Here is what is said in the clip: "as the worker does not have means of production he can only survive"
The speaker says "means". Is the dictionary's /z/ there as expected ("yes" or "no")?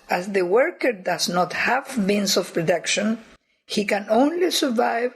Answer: no